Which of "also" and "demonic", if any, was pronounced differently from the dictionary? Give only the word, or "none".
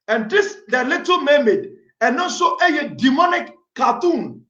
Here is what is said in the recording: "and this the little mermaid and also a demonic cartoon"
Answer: also